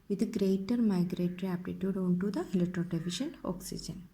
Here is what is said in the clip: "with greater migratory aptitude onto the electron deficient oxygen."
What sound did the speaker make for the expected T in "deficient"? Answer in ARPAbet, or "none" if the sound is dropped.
none